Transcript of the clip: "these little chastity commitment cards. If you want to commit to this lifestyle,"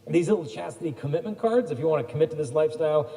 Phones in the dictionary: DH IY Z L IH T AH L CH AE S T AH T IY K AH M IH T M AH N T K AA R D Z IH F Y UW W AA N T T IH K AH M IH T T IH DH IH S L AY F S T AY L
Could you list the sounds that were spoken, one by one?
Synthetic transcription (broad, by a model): DH IY Z L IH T L CH AE S T AH T IY K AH M IH T M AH N K AA R D Z IH F Y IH W AA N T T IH K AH M IH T T IH DH IH S L AY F S T AY L